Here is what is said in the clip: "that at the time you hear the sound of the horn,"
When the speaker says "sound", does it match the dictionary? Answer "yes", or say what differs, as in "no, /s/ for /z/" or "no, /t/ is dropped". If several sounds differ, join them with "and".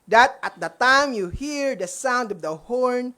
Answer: yes